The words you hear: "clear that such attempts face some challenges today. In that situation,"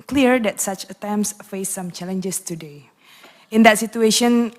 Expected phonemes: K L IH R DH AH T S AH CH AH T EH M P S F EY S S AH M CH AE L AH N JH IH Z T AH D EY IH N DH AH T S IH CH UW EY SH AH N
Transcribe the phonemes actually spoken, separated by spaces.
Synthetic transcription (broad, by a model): K L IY R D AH T S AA CH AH T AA M S F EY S S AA M CH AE L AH N JH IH S T AH D EY IH N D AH T S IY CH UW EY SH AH N